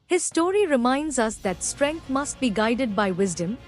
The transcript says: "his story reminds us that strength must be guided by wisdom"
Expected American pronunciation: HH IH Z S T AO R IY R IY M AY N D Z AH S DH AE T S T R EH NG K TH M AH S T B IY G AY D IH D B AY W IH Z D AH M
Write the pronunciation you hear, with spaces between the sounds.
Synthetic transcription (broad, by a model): HH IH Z S T AO R IY R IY M AY N D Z AH S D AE T S T R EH NG K T M AH S T B IY G AY D IH D B AY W IH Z D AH M